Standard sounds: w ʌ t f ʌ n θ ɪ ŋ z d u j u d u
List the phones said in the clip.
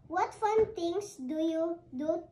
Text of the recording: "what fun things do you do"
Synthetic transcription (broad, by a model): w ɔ t f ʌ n t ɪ ŋ s d u j u d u